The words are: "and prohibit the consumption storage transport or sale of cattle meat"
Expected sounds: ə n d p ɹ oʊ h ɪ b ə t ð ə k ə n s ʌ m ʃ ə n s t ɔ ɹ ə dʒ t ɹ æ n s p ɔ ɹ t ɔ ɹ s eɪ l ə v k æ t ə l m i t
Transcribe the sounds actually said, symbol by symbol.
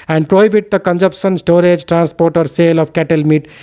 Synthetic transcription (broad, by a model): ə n d p ɹ oʊ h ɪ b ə t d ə k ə n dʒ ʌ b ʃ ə n s t ɔ ɹ ə dʒ t ɹ æ n s p ɔ ɹ t ɔ ɹ s eɪ l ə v k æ t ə l m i t